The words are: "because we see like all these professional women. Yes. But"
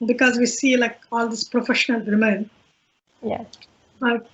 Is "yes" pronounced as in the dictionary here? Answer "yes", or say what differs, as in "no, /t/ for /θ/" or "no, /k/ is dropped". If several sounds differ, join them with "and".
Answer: no, /s/ is dropped